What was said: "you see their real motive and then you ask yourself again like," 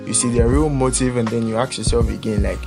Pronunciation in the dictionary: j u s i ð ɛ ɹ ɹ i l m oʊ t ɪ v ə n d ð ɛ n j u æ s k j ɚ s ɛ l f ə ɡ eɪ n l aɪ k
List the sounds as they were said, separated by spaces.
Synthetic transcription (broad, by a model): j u s i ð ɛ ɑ ɹ i l m oʊ t ɪ v ə n d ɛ n j u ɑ k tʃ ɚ s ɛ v ə ɡ eɪ n l aɪ k